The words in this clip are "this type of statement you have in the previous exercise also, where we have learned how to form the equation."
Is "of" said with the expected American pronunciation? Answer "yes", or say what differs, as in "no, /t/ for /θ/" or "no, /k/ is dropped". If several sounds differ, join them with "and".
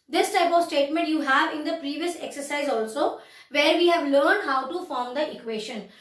yes